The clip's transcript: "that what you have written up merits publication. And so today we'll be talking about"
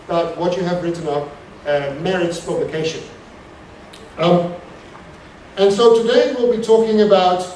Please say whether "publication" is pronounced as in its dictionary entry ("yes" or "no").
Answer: yes